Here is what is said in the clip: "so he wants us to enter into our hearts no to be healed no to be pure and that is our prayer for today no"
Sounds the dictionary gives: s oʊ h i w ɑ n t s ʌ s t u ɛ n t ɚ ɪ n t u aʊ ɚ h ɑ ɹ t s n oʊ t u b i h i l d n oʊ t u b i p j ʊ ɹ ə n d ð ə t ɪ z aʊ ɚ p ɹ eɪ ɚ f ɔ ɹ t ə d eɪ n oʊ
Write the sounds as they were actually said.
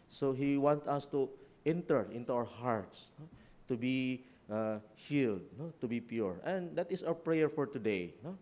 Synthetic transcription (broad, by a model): s oʊ h i w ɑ n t ʌ s t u ɛ n t ɚ ɪ n t u aʊ ɚ h ɑ ɹ t s n oʊ t u b i h i l d n oʊ t u b i p j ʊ ɹ ə n d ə t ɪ s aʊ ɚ p ɹ eɪ ɚ f ɔ ɹ t ə d eɪ n oʊ